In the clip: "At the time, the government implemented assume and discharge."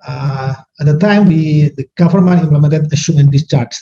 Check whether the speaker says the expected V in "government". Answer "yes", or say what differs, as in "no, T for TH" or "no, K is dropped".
no, F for V